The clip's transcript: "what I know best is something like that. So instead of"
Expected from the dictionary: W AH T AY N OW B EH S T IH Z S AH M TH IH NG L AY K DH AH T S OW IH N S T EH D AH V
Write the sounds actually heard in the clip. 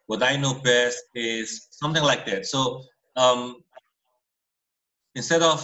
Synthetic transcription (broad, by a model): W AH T AY N OW B EH S T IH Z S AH M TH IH NG L AY K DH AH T S OW IH N S T EH D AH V